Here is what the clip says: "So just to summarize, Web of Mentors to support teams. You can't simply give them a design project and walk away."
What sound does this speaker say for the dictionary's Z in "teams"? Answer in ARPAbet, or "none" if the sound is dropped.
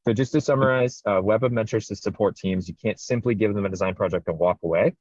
Z